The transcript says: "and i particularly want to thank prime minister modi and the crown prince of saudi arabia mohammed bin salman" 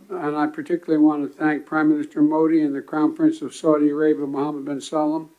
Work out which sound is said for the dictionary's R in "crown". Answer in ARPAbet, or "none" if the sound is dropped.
none